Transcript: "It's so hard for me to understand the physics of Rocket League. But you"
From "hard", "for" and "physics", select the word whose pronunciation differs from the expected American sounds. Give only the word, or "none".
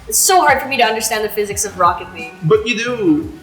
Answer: none